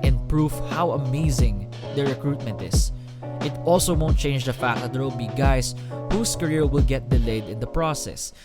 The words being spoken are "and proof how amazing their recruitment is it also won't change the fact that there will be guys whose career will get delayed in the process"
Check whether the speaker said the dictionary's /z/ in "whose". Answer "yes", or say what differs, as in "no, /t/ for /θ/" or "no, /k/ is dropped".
no, /s/ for /z/